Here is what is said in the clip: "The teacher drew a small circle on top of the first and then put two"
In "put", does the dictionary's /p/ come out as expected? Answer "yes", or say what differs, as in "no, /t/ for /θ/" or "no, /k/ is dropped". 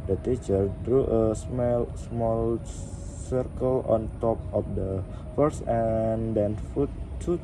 no, /f/ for /p/